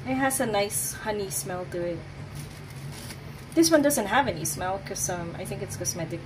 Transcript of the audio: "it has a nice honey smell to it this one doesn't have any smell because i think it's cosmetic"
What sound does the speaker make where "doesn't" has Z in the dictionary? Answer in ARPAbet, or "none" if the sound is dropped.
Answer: Z